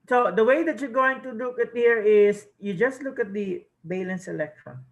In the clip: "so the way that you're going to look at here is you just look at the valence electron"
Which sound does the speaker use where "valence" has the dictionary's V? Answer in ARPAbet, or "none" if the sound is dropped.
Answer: B